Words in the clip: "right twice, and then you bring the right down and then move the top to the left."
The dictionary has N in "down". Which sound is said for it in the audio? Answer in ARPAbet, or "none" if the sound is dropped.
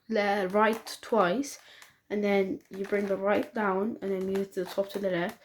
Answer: N